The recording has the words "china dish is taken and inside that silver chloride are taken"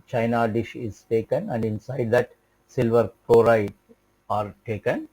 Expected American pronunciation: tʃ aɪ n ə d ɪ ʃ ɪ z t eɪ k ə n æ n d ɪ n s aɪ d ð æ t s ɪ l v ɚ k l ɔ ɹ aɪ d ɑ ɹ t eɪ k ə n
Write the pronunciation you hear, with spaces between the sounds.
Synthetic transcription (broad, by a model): tʃ aɪ n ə d ɪ ʃ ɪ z t eɪ k ə n æ n d ɪ n s aɪ d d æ t s ɪ l v ɚ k ɔ ɹ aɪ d ɑ ɹ t eɪ k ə n